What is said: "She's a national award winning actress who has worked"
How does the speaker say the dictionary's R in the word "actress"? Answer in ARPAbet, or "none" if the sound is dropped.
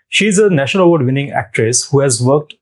R